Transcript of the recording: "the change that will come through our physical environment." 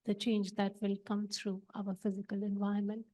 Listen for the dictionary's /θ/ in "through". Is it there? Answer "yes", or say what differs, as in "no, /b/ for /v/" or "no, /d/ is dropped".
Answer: no, /t/ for /θ/